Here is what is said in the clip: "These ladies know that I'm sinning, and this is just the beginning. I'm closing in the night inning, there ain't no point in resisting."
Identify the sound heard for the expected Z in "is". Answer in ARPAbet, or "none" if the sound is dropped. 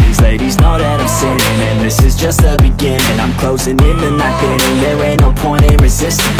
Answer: Z